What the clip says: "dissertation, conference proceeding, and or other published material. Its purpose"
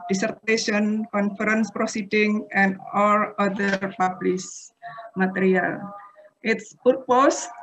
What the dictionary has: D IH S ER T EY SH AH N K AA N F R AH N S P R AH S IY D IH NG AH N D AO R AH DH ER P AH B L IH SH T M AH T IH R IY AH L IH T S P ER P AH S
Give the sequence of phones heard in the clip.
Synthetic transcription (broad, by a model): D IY S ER T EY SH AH N K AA N F R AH N S P R AH S IY D IH NG AH N D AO L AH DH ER P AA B L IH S M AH T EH R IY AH L IH T S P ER P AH S